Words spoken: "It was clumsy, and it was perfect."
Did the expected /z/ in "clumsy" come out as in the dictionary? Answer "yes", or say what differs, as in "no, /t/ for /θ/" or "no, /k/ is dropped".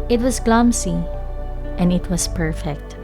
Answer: no, /s/ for /z/